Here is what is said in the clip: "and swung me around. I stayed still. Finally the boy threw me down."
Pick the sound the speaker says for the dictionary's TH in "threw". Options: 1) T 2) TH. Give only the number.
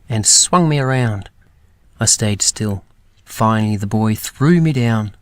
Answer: 2